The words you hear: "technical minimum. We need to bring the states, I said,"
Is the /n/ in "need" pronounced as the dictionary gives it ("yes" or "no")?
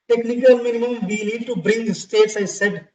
no